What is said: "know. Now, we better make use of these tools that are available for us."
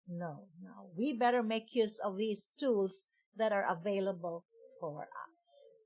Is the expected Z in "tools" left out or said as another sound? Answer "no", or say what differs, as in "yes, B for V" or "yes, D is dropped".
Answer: yes, S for Z